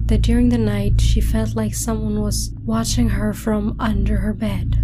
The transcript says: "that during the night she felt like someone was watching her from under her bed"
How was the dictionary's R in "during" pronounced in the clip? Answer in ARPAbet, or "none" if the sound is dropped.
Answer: R